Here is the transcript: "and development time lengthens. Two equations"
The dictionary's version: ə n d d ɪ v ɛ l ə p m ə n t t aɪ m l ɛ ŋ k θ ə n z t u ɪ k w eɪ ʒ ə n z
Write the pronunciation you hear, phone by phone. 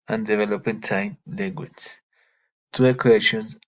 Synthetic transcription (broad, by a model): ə n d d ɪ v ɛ l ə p ə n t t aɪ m l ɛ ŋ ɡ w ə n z t u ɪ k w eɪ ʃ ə n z